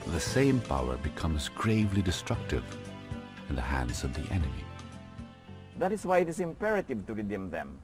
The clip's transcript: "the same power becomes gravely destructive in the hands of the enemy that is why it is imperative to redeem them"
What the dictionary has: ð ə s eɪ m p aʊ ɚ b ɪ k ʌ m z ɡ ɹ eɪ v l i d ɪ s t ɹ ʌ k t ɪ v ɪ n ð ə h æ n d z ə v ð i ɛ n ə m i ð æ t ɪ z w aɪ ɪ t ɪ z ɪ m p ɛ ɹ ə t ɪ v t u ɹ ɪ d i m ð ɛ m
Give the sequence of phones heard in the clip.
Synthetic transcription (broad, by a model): ð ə s eɪ m p aʊ ɚ b ɪ k ʌ m z ɡ ɹ eɪ v l i d ɪ s t ɹ ʌ k t ɪ v ɪ n ð ə h æ n d z ə v ð i ɛ n ə m i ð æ t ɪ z w aɪ ɪ t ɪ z ɪ m p ɛ ɹ ə t ɪ v t u ɹ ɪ d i m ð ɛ m